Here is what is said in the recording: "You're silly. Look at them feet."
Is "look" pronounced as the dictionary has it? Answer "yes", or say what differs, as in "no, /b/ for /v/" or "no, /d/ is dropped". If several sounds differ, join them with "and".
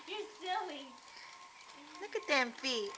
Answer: yes